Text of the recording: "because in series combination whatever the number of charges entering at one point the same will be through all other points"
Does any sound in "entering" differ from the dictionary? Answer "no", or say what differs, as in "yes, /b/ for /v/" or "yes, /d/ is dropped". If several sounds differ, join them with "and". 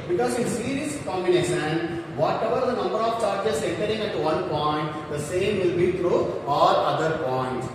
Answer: no